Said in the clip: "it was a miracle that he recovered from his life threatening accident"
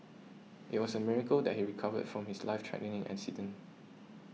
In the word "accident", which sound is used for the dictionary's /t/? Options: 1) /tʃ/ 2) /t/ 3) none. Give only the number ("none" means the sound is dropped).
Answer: 3